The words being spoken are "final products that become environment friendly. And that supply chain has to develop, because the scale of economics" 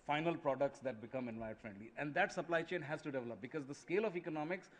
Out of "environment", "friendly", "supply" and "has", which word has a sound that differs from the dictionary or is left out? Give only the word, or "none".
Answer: environment